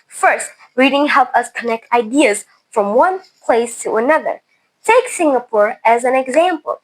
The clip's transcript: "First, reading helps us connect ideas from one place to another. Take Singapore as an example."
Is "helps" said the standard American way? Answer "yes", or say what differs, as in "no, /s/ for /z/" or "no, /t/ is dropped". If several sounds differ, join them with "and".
no, /s/ is dropped